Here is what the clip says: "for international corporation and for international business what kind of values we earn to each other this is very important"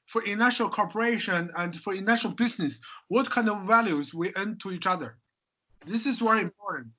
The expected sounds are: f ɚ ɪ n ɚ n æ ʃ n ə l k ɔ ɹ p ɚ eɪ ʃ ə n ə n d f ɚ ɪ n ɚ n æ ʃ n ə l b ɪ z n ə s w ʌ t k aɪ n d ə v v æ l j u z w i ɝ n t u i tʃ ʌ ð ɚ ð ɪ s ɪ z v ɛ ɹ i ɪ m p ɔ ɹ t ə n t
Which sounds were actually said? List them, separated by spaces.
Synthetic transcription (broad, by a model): f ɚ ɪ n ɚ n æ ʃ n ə l k ɔ ɹ p ɚ eɪ ʃ ə n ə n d f ɚ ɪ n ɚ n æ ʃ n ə l b ɪ z n ə s w ʌ t k aɪ n d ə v v æ l j u z w i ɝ n t u i tʃ ʌ ð ɚ ð ɪ s ɪ z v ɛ ɹ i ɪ m p ɔ ɹ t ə n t